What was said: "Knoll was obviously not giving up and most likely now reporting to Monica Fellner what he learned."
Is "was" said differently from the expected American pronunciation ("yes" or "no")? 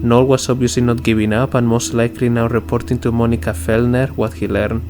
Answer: yes